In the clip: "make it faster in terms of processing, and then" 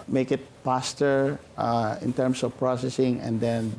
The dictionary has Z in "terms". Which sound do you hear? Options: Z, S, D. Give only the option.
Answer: S